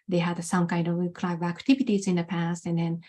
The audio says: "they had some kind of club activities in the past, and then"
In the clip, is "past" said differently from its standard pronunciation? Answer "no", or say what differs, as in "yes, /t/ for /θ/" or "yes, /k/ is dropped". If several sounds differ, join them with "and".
no